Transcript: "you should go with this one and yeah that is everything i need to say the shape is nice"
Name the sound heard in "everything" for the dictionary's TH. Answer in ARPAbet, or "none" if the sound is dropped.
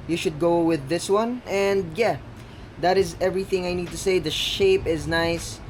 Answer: TH